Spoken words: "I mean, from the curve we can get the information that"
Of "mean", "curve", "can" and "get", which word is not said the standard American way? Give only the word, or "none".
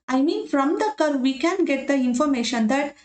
none